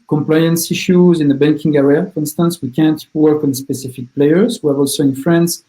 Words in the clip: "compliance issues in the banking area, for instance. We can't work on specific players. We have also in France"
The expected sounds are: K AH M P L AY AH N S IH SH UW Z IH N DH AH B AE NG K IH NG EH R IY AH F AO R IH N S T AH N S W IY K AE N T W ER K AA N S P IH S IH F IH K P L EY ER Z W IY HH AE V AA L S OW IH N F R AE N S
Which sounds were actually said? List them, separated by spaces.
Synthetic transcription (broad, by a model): K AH M P L AY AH N S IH SH UW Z IH N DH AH B AE NG K IH NG EH R IY AH F AO R IH N S T AH N S W IY K AE N T W ER K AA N S P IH S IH F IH K P L EY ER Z W IY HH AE V AA L S OW IH N F R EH N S